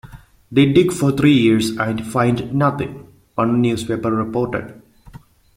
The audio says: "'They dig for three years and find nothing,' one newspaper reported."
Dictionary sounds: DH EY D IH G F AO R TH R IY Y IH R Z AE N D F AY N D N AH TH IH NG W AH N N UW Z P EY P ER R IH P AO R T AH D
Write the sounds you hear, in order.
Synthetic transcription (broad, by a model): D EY D IH G F AO R T R IY Y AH R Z AE N D F AY N D N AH T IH NG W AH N N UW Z P EY P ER R IH P AO R T AH D